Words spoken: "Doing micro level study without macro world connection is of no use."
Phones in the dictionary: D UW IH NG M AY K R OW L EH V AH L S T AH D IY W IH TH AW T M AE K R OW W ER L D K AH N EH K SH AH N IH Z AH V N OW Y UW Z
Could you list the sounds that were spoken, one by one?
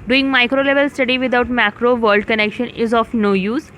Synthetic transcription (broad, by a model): D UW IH NG M AY K R OW L EH V AH L S T AH D IY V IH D AW T M AE K R OW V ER L D K AH N EH K SH AH N IH Z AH F N OW Y UW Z